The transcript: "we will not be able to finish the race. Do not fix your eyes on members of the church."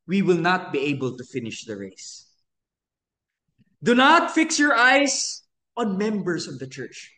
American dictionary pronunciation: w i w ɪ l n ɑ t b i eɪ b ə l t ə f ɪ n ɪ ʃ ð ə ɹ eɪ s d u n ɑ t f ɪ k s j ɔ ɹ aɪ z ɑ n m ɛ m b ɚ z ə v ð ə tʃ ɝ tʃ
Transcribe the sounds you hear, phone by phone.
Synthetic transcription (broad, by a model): w i w ɪ l n ɑ t b i eɪ b ə l t ə f ɪ n ɪ ʃ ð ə ɹ eɪ s d u n ɑ t f ɪ k s j ɔ ɹ aɪ s ɑ n m ɛ m b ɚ s ə v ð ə tʃ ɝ tʃ